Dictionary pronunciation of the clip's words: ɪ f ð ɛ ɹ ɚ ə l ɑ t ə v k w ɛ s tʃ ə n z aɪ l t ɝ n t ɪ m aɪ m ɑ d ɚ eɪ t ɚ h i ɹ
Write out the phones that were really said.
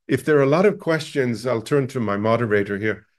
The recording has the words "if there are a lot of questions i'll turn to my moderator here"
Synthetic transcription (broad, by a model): ɪ f ð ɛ ɹ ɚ ə l ɑ t ə v k w ɛ s tʃ ə n z aɪ l t ɝ n t ɪ m aɪ m ɑ d ɚ eɪ t ɚ h i ɹ